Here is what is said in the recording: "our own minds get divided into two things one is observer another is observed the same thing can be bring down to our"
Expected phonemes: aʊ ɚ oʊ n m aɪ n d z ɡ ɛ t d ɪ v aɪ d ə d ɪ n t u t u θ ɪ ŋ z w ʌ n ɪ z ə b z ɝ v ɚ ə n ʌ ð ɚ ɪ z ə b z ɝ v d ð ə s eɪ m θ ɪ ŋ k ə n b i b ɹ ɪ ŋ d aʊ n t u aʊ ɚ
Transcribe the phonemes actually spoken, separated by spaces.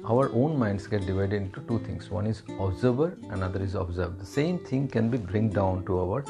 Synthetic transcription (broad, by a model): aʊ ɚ oʊ n m aɪ n d s ɡ ɛ t d ɪ v aɪ d ə d ɪ n t u t u t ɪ ŋ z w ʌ n ɪ z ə b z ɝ b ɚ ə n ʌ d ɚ ɪ z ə b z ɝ b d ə s eɪ m t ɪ ŋ k ə n b i b ɹ ɪ ŋ d aʊ n t u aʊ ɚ